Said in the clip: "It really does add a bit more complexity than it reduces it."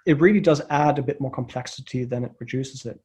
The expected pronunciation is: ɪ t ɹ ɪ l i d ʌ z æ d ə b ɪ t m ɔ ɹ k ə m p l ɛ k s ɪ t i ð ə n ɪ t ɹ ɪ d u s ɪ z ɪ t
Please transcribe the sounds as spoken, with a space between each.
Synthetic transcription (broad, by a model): ɪ t ɹ ɪ l i d ʌ z æ d ə b ɪ t m ɔ ɹ k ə m p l ɛ k s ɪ t i ð ə n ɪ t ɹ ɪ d u s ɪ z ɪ t